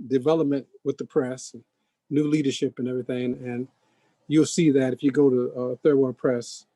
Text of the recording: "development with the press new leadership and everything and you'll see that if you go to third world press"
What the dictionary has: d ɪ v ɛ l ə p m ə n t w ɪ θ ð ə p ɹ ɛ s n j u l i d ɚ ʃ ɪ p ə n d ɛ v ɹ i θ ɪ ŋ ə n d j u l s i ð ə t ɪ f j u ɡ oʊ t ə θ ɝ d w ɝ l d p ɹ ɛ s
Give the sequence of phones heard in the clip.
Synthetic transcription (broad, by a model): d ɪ v ɛ l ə p m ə n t w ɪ ð ə p ɹ ɛ s n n u l i d ɚ ʃ ɪ p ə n ɛ v ɹ i θ ɪ ŋ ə n j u l s i ð ə t ɪ f j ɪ ɡ oʊ t ə θ ɝ d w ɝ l p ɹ ɛ s